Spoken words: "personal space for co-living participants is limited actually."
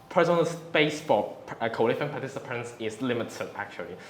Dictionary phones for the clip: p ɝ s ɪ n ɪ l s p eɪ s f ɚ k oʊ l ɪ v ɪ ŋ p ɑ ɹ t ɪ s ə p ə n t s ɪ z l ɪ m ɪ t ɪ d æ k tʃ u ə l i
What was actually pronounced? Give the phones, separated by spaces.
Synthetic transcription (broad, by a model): p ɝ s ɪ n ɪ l s p eɪ s f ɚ k oʊ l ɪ f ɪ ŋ p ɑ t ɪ s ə p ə n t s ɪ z l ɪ m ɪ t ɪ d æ k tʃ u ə l i